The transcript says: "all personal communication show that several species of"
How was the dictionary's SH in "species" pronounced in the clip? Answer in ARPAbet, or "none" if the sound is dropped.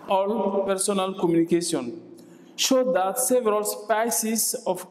S